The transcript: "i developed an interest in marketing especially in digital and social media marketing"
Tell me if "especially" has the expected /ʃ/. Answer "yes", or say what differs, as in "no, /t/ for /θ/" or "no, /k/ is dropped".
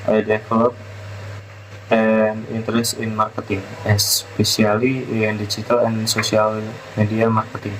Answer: no, /s/ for /ʃ/